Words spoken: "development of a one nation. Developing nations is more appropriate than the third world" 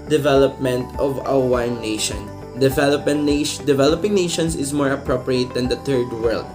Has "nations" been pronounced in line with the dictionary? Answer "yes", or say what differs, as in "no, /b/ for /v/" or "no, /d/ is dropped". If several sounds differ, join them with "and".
no, /s/ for /z/